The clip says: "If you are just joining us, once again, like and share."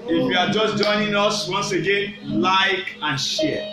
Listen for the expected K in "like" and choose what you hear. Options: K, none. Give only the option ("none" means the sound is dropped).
K